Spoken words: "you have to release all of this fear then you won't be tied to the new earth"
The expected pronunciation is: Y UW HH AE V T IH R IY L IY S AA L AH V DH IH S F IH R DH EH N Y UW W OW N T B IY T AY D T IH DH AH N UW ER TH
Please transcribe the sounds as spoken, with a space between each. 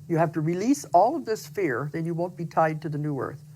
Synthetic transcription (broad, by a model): Y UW HH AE F T IH R IY L IY S AA L AH V DH IH S F IH R DH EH N Y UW W OW N T B IY T AY D T IH DH AH N UW ER TH